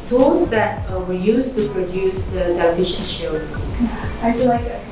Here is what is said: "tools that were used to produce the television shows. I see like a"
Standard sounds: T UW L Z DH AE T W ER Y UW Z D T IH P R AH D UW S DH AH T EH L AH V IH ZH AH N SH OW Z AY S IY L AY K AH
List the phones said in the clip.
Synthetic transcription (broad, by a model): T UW L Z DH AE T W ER Y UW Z T IH P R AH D UW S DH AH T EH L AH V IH SH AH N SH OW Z AY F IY L AY K